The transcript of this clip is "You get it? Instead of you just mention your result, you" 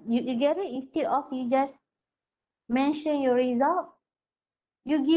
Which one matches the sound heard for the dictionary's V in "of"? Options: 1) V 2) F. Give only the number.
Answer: 2